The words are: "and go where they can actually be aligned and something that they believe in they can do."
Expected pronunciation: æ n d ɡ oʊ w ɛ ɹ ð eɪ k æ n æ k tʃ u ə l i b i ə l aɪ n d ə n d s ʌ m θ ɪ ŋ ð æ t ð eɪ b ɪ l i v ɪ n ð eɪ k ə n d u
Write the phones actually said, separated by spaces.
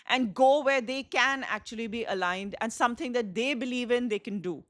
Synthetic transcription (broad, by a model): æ n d ɡ oʊ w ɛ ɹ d eɪ k æ n æ k tʃ u ə l i b i ə l aɪ n d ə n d s ʌ m t ɪ ŋ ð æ t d eɪ b ɪ l i v ɪ n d eɪ k ə n d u